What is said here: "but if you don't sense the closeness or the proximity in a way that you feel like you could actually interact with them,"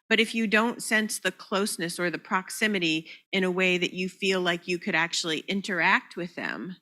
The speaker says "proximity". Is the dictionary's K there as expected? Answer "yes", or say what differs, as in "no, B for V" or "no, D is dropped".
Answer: yes